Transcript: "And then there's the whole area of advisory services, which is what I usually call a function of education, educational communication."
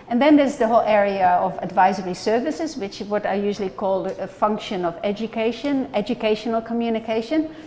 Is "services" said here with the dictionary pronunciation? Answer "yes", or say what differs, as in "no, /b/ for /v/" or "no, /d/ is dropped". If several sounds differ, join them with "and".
yes